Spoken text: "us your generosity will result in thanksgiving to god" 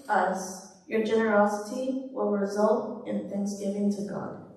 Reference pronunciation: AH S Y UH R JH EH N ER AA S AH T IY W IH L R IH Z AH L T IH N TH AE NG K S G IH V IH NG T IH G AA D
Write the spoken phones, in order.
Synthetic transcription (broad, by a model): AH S Y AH R JH EH N ER AA S AH T IY W IH L R IH Z AH L T IH N TH AE NG K S G IH V IH NG T IH G AA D